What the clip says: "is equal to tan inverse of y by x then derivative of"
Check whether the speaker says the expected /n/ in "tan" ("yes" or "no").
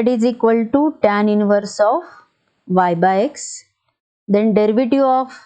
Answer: yes